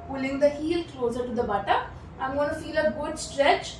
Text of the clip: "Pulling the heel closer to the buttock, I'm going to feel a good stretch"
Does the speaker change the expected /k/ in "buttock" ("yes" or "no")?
yes